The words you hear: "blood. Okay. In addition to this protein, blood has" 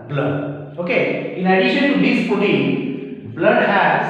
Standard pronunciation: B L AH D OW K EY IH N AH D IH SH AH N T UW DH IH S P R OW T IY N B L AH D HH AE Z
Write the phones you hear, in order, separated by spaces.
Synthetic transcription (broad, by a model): B L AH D OW K EY IH N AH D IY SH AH N T UW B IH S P OW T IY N B L AH D HH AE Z